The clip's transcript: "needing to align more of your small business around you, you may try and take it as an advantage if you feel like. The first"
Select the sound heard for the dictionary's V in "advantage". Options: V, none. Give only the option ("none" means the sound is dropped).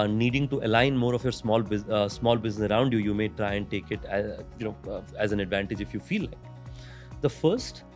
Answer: V